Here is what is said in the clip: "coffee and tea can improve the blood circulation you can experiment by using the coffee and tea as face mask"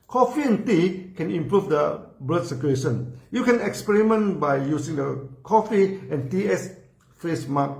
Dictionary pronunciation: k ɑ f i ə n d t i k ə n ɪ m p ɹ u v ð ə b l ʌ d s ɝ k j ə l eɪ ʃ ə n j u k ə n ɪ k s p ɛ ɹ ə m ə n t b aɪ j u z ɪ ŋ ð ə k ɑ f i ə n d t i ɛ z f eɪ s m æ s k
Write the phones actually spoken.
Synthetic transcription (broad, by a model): k ɑ f i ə n t i k ə n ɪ m p ɹ u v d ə b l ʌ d s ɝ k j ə eɪ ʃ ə n j u k ə n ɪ k s p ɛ ɹ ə m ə n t b aɪ j u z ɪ ŋ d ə k ɑ f i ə n t i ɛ s f eɪ s m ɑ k